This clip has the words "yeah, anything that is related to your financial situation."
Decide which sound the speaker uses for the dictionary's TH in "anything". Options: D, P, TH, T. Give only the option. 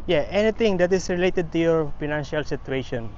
T